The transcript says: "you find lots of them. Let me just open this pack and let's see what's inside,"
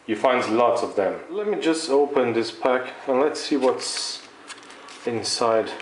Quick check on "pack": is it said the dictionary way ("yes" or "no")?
yes